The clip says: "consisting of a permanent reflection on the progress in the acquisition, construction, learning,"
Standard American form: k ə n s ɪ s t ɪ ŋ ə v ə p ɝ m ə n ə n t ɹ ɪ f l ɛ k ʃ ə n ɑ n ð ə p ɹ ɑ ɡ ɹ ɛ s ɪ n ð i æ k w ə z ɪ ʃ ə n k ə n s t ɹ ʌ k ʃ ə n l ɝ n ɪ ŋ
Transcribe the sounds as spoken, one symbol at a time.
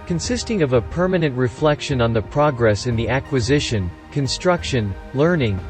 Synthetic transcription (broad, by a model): k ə n s ɪ s t ɪ ŋ ə v ə p ɝ m ə n ə n t ɹ ɪ f l ɛ k ʃ ə n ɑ n ð ə p ɹ ɑ ɡ ɹ ɛ s ɪ n ð i æ k w ə z ɪ ʃ ə n k ə n s t ɹ ʌ k ʃ ə n l ɝ n ɪ ŋ